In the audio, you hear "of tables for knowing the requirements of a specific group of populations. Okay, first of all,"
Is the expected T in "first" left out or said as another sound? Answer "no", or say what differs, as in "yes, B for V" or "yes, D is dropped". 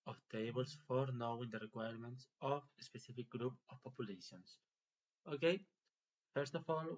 no